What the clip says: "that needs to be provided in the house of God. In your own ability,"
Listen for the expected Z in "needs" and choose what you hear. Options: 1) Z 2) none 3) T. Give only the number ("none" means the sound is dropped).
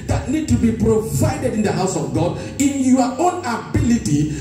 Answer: 2